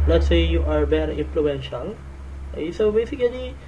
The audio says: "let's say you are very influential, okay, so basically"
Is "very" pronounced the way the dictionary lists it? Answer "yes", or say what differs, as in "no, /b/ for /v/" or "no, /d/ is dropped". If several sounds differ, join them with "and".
no, /b/ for /v/